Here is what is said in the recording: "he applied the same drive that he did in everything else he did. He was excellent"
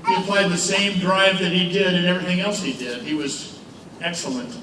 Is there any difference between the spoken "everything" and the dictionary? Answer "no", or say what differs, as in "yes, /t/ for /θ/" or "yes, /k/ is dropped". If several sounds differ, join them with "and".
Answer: no